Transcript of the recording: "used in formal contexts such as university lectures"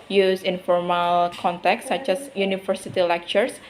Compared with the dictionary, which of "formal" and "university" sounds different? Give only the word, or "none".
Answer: university